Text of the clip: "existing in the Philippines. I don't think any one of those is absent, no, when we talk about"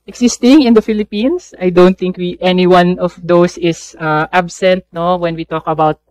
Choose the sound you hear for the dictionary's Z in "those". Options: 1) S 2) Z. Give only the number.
1